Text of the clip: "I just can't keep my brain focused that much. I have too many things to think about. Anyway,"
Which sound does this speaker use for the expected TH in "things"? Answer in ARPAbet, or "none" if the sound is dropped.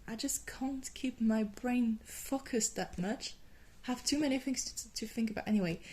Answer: TH